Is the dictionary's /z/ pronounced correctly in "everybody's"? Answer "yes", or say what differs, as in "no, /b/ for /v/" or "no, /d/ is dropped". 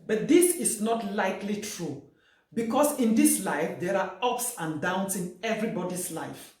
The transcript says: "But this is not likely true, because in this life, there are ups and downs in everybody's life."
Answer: no, /s/ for /z/